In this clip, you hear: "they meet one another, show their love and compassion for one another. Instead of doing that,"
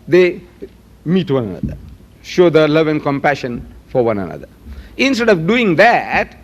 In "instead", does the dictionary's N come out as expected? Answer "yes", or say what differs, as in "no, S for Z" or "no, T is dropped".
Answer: yes